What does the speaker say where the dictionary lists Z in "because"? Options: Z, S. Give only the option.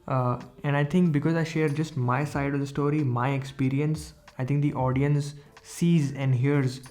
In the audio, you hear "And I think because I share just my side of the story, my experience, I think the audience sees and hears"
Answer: Z